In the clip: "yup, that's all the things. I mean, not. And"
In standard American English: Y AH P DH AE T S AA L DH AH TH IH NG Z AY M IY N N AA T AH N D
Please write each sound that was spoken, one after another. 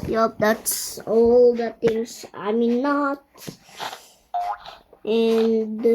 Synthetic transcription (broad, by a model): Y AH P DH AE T S AA L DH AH T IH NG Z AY M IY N N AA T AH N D